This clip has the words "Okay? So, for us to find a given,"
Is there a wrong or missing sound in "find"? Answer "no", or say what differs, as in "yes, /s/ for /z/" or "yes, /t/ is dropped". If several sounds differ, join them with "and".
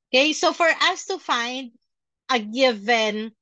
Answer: no